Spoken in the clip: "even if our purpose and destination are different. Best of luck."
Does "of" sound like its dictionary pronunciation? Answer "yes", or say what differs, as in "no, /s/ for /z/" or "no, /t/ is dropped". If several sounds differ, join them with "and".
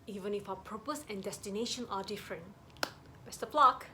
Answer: no, /p/ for /v/